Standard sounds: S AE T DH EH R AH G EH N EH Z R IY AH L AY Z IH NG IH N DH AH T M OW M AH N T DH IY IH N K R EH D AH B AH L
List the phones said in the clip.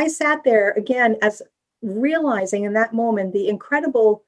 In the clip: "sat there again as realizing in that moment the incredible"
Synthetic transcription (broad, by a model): S AE T DH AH R AH G EH N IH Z R IY AH L AY Z IH NG IH N DH AH T M OW M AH N DH IY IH N K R EH D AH B L